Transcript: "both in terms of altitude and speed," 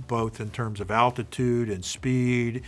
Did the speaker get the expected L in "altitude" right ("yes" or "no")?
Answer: yes